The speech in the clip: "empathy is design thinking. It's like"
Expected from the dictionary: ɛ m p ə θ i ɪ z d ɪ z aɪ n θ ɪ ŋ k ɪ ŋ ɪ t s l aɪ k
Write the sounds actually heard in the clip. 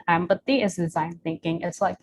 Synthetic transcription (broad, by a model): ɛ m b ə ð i ɪ z d ɪ z aɪ n θ ɪ ŋ k ɪ ŋ ɪ t s l aɪ k